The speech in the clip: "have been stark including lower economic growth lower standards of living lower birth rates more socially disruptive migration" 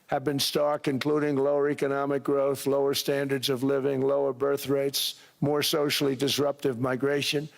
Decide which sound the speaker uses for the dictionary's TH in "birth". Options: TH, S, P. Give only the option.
TH